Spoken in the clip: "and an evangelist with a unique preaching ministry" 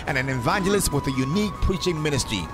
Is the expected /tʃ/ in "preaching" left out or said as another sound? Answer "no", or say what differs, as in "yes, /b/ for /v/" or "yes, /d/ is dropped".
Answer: no